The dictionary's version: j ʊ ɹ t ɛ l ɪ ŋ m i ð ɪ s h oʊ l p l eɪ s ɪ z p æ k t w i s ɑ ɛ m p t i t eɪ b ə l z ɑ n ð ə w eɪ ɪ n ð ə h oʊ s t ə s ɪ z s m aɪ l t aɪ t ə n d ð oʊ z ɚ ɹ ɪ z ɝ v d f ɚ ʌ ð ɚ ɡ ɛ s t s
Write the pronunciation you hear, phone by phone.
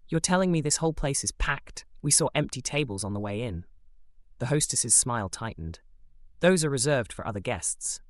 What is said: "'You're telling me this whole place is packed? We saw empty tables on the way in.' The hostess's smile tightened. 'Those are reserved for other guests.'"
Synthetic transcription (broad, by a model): j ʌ ɹ t ɛ l ɪ ŋ m i ð ɪ s h oʊ l p l eɪ s ɪ z p æ k t w i s ɑ ɛ m p t i t eɪ b ə l z n ð ə w eɪ ɪ n ð ə h oʊ s t ə s ɪ z s m aɪ l t aɪ t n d ð oʊ z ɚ ɹ ɪ z ɝ v d f ɚ ʌ ð ɚ ɡ ɛ s t s